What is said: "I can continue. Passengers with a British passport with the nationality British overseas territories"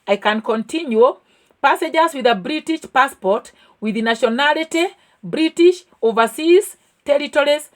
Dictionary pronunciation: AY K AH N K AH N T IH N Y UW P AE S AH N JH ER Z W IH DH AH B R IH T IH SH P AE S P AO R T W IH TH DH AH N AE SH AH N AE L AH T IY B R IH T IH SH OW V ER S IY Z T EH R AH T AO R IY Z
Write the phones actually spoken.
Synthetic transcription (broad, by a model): AY K AH N K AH N T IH N Y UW P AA S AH JH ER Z W IH DH AH B R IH T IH SH P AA S P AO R T W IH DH N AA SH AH N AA L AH T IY B R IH T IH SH OW V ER S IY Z T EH R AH T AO R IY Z